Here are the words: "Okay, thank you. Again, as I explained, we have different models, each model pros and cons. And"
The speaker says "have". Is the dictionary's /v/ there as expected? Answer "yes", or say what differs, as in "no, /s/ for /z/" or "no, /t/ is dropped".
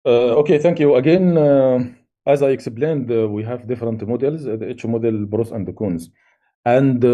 yes